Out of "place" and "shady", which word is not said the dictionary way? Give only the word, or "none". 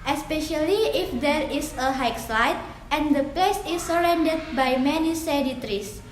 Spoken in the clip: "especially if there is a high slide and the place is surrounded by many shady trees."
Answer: shady